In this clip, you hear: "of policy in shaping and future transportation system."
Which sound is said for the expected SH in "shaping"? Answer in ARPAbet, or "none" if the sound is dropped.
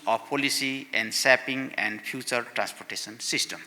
S